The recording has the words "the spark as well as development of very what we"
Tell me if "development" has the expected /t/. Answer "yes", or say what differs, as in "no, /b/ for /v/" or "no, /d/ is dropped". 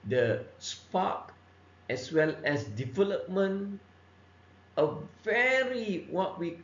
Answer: no, /t/ is dropped